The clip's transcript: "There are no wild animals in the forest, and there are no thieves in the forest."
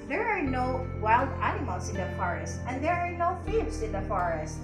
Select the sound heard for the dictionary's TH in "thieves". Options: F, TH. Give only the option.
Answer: F